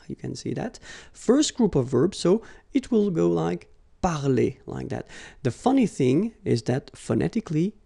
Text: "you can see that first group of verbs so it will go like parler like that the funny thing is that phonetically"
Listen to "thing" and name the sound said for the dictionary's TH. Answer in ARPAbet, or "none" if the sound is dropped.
TH